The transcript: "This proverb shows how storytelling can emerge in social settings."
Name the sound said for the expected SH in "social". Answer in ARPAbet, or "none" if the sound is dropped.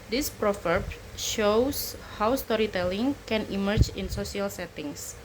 S